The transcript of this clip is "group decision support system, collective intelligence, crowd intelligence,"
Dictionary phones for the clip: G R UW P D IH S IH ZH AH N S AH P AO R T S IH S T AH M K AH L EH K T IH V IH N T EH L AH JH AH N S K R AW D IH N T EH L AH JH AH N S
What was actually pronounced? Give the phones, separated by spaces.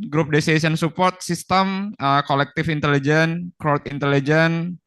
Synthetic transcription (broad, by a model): G R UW P D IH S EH S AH N S AH P AO R T S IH S T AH M K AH L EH K T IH F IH N T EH L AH JH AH N K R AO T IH N T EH L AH JH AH N